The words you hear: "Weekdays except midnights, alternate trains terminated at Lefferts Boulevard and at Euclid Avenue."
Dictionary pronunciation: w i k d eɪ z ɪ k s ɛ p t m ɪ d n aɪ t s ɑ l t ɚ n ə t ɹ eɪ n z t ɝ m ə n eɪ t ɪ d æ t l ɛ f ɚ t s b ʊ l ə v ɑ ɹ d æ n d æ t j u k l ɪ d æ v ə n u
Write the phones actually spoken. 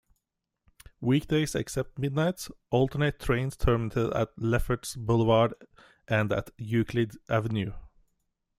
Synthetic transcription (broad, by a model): w i k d eɪ s ɪ k s ɛ p t m ɪ d n aɪ t s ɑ l t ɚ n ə t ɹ eɪ n s t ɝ m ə n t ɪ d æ t l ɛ f ɚ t s b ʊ l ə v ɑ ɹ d æ n d æ t j u k l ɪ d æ v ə n u